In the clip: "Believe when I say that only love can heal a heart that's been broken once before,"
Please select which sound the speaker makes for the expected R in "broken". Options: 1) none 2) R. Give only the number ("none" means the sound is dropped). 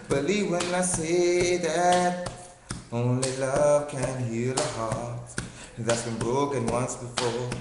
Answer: 2